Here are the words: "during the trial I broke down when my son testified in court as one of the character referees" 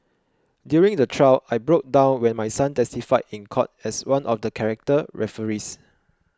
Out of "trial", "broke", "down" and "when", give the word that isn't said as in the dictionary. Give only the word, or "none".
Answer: trial